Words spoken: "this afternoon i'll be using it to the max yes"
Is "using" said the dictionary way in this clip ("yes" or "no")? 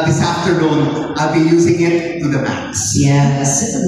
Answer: yes